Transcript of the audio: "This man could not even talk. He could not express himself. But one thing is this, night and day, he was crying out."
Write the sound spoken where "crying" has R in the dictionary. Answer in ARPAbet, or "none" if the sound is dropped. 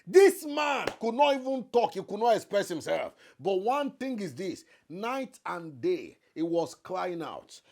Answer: L